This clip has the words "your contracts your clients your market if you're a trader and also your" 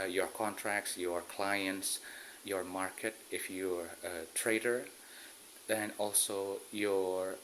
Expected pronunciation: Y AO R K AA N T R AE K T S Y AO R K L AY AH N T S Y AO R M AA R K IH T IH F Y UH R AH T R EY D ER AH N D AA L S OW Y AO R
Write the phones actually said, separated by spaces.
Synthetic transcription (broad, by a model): Y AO R K AA N T R AE K T S Y AO R K L AY AH N T S Y AO R M AA R K IH T IH F Y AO R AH T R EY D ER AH N AA L S OW Y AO R